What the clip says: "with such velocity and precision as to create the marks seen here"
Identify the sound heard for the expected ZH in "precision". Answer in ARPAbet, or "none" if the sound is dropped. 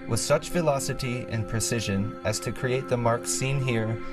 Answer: ZH